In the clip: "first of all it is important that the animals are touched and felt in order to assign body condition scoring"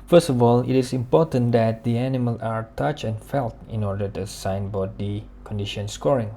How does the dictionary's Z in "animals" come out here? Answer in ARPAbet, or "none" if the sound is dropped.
none